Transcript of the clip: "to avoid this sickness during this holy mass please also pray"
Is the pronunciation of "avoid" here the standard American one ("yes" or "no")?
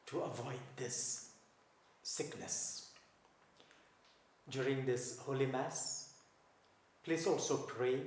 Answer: yes